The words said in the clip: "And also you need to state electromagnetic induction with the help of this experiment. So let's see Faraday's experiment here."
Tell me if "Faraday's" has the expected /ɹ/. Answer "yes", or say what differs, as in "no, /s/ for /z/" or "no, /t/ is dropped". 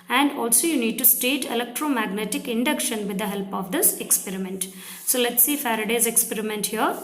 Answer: yes